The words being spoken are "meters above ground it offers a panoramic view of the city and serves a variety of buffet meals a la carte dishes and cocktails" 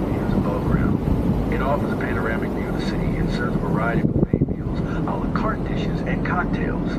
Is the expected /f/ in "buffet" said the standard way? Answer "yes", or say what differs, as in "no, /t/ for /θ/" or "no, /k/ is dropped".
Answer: no, /f/ is dropped